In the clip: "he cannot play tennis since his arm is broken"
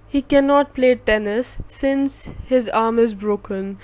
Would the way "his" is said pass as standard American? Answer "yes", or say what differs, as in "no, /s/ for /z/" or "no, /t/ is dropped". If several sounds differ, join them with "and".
yes